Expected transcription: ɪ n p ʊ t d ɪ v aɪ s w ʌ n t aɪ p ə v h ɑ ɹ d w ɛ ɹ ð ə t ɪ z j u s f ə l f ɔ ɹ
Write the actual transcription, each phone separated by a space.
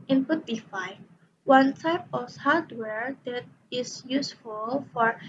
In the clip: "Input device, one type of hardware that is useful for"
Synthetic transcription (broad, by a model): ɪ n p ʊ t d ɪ f aɪ w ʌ n t aɪ p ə f h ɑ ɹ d w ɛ ɹ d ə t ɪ s j u s f ə l f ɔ ɹ